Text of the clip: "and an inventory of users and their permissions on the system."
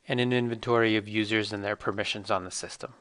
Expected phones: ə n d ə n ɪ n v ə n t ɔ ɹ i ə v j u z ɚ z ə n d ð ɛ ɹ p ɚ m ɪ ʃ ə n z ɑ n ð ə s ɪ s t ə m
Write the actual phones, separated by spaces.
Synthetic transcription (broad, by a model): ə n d ə n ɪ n v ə n t ɔ ɹ i ə v j u z ɚ z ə n ð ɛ ɹ p ɚ m ɪ ʃ ə n z n ð ə s ɪ s t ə m